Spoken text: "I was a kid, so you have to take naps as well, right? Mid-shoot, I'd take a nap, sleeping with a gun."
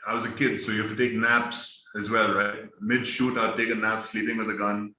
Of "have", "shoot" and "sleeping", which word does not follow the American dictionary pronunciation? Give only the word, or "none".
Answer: have